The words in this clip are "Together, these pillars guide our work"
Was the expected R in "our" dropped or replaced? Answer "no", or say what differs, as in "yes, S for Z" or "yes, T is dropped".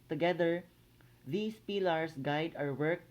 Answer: no